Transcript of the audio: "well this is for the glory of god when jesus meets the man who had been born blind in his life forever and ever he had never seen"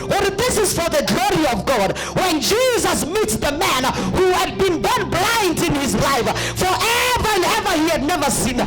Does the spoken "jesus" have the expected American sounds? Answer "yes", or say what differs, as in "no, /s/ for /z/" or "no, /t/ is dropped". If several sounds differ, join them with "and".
yes